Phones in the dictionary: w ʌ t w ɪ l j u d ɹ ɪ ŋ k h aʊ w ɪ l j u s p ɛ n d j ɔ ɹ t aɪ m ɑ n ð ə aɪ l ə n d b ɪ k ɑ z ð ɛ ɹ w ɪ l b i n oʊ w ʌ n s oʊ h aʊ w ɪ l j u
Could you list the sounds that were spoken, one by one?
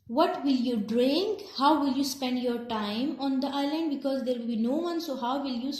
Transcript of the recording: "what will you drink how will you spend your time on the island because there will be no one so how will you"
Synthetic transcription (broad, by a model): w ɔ t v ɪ l j u d ɹ ɪ ŋ k h aʊ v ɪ l j u s p ɛ n d j ɔ ɹ t aɪ m ɑ n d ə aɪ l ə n d b ɪ k ɑ z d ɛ ɹ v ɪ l b i n oʊ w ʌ n s oʊ h aʊ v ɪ l j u